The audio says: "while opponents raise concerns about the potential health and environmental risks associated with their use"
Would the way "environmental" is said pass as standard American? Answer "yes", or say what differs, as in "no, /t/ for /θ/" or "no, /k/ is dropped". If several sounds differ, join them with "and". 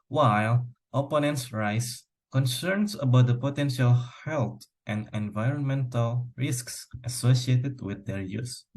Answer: yes